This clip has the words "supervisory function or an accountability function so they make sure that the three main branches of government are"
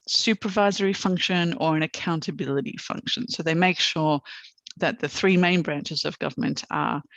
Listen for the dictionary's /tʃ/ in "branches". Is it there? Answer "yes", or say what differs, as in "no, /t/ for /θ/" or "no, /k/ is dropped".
yes